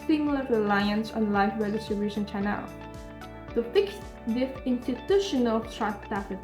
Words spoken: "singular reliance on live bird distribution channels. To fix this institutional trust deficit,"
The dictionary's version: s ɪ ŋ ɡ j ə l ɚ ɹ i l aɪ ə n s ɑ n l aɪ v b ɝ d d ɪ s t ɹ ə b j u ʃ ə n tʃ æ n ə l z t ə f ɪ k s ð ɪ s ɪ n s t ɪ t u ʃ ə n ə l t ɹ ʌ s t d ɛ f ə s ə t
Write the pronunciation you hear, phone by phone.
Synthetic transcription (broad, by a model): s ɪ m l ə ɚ ɹ i l aɪ ə n s ɑ n l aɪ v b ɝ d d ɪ s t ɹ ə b j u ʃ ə n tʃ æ n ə l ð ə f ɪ k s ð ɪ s ɪ n s t ɪ t u ʃ ə n ə l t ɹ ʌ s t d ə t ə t